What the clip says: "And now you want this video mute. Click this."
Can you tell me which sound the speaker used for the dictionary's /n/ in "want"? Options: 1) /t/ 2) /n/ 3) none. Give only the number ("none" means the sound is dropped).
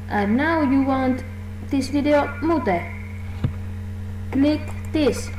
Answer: 2